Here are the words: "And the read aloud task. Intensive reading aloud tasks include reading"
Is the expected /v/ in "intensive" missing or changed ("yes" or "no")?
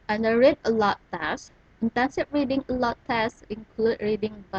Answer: yes